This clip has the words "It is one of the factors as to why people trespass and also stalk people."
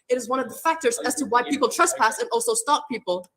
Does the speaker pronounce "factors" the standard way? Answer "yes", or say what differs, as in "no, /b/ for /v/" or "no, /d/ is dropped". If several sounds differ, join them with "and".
yes